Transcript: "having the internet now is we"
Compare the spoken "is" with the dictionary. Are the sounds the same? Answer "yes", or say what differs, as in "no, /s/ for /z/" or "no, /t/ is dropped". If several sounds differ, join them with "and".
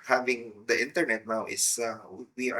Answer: no, /s/ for /z/